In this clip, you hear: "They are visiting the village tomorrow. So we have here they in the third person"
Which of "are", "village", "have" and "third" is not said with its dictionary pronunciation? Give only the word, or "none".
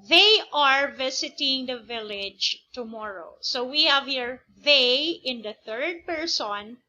none